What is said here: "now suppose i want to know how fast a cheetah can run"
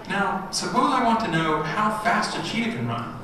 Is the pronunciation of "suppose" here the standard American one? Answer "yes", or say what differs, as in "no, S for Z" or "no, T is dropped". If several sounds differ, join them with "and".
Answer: no, B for P